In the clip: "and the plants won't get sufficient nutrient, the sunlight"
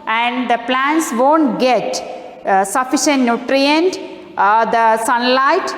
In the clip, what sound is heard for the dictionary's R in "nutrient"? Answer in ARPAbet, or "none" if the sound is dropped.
R